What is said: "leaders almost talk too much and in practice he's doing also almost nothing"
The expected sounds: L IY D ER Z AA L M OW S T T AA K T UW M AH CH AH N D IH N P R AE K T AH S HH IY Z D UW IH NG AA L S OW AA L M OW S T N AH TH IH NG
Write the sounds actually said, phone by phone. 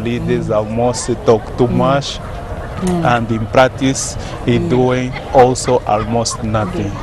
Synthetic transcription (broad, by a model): L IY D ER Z AA L M OW S T T AA K T UW M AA SH AH N D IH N P R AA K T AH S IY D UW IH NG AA L S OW AA L M OW S T N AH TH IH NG